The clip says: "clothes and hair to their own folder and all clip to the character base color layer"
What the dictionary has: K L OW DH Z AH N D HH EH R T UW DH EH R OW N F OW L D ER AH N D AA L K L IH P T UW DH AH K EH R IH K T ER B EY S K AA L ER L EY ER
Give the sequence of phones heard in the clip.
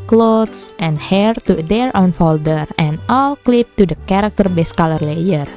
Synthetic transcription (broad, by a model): K L OW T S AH N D HH EH R T UW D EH R OW N F OW L D ER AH N AA L K L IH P T UW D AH K EH R IH K T ER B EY S K AA L ER L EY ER